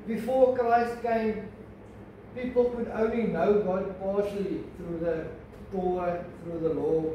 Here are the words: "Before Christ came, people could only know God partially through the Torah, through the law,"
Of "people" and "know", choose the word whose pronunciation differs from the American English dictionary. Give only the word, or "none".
none